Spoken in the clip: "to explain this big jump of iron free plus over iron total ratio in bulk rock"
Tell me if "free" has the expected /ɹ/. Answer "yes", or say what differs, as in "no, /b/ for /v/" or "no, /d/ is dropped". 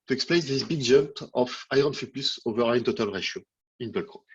no, /ɹ/ is dropped